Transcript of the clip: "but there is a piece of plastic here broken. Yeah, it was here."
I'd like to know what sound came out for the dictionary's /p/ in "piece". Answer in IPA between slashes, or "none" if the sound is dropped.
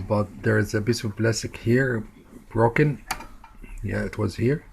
/b/